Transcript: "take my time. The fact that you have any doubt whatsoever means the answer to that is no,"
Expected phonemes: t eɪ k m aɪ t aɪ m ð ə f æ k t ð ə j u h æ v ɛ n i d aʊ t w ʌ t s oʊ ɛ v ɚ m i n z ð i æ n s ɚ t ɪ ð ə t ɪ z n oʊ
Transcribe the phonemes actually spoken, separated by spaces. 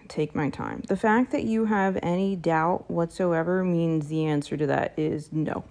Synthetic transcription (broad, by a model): t eɪ k m aɪ t aɪ m ð ə f æ k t ð ə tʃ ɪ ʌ v ɛ n i d aʊ t w ʌ t s oʊ ɛ v ɚ m i n z ð i æ n s ɚ t ɪ ð ə t ɪ z n oʊ